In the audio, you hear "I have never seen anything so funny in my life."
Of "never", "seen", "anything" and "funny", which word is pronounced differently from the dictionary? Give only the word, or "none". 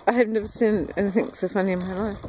none